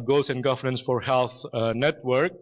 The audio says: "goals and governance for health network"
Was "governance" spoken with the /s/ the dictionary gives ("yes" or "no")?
yes